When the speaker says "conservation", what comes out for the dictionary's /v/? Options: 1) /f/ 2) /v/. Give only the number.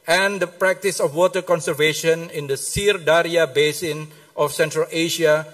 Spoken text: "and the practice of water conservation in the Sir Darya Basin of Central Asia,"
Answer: 2